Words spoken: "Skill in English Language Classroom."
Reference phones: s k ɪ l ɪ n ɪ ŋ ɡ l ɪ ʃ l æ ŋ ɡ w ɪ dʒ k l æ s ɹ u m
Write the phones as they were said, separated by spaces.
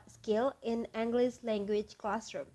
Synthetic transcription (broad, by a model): s k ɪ l ɪ n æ ŋ ɡ l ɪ s l æ ŋ ɡ w ɪ dʒ k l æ s ɹ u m